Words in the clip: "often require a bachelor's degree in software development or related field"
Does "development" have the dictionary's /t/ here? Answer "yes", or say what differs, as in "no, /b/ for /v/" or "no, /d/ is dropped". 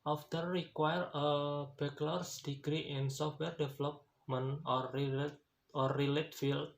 no, /t/ is dropped